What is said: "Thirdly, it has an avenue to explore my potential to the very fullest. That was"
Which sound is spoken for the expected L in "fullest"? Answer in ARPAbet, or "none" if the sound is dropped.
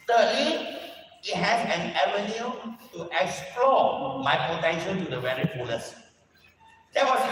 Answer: N